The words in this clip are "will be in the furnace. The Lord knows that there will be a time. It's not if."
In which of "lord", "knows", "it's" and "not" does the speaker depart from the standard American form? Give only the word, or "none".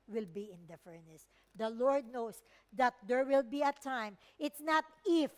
knows